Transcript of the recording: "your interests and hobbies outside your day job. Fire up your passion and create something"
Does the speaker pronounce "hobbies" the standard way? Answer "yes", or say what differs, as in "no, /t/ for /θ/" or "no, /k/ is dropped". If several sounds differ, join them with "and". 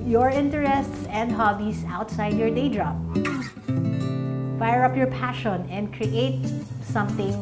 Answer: no, /s/ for /z/